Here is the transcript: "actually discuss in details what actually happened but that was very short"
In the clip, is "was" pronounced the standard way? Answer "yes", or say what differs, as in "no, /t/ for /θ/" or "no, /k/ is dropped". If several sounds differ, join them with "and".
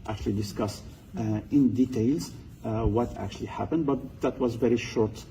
yes